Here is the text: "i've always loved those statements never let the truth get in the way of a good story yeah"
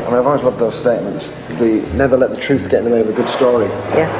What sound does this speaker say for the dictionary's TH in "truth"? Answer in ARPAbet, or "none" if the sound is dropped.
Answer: TH